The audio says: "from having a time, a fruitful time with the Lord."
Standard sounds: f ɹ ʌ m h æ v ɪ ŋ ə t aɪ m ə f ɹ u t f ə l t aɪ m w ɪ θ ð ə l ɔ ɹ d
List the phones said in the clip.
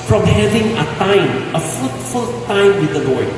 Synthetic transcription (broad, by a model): f ɹ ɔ m h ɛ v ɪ ŋ ə t aɪ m ə f u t f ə l t aɪ m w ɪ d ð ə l ɔ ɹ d